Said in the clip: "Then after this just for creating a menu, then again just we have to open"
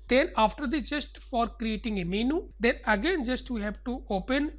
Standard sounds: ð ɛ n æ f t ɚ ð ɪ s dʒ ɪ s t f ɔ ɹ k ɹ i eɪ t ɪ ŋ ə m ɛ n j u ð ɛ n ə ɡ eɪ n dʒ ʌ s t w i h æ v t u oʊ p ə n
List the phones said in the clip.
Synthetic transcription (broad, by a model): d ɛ n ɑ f t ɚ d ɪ dʒ ɪ s t f ɔ ɹ k ɹ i eɪ t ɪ ŋ ə m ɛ n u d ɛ n ə ɡ eɪ n dʒ ʌ s t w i h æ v t u oʊ p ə n